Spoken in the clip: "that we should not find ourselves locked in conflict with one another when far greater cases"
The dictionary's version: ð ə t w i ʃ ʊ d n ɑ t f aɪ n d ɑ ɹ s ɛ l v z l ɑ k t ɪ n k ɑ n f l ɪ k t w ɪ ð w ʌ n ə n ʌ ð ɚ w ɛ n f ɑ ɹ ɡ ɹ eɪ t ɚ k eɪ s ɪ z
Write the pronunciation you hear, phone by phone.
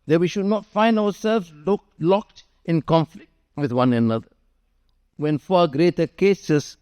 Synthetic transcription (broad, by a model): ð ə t w i ʃ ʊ d n ɑ t f aɪ n d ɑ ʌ s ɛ l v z l ɑ k t ɪ n k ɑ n f l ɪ k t w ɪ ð w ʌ n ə n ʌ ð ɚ w ɛ n f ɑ ɡ ɹ eɪ t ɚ k eɪ s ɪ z